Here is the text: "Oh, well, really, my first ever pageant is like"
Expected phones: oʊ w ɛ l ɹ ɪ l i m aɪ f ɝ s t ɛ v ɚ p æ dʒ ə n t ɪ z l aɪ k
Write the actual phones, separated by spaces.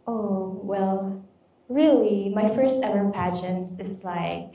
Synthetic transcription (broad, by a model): oʊ w ɛ l ɹ ɪ l i m aɪ f ɝ s t ɛ v ɚ p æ ʃ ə n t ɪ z l aɪ k